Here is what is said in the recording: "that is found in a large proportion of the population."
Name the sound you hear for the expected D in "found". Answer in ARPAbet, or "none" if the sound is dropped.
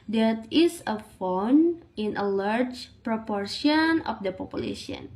none